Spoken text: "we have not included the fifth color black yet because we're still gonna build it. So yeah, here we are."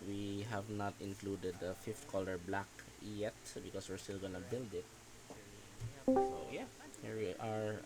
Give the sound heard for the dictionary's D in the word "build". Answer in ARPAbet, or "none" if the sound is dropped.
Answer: D